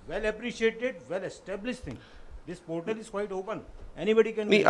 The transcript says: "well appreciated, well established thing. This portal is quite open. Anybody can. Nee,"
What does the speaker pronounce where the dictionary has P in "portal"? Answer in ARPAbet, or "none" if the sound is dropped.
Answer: P